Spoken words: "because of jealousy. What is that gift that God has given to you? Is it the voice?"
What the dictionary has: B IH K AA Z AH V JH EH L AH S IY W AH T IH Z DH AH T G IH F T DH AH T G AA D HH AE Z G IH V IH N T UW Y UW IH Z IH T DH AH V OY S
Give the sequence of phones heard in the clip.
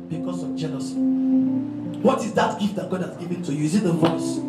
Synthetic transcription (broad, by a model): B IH K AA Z AH V JH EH N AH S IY W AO T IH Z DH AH T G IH F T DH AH T G AA D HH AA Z G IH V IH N T UW Y UW IH Z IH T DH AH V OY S